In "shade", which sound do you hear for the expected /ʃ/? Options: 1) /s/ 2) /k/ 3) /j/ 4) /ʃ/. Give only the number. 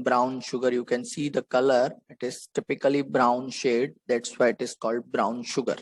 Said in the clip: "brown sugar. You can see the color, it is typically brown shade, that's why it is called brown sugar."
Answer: 4